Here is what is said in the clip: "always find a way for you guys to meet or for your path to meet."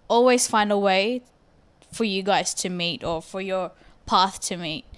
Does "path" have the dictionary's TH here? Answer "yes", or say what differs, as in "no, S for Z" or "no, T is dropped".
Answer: yes